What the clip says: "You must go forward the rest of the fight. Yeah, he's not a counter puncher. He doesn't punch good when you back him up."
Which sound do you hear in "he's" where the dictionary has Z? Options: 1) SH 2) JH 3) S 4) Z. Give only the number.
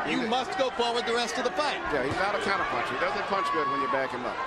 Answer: 4